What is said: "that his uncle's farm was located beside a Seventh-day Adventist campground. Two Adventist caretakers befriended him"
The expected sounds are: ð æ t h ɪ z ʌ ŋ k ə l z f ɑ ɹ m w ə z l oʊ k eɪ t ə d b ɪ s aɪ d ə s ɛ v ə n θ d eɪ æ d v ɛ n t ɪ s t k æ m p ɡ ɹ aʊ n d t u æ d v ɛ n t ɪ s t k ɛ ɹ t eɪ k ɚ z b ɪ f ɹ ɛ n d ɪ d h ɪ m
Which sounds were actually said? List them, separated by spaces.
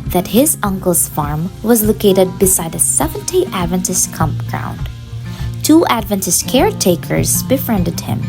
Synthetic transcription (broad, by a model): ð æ t h ɪ z ʌ ŋ k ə l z f ɑ ɹ m w ə z l oʊ k eɪ t ə d b ɪ s aɪ d ə s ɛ v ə n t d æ d v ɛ n t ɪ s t k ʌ m p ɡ ɹ aʊ n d t u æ d v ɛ n t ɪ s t k ɛ ɹ t eɪ k ɚ z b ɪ f ɹ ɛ n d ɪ d h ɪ m